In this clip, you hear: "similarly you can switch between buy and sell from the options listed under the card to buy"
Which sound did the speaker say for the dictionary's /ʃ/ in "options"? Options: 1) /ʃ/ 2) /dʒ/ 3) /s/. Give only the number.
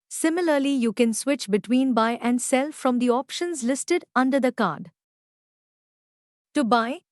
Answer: 1